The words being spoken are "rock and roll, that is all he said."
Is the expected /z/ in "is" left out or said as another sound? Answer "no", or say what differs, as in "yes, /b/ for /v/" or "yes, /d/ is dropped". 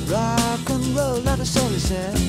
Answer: yes, /s/ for /z/